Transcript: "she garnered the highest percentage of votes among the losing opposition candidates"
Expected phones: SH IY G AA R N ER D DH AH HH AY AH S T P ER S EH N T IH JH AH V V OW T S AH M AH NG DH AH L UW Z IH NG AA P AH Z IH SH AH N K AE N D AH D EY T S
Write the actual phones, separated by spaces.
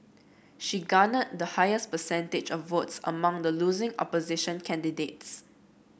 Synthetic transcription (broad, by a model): SH IY G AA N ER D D AH HH AY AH S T P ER S EH N T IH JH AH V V OW T S AH M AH NG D AH L UW Z IH NG AA P AH Z IH SH AH N K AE N D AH D EY T S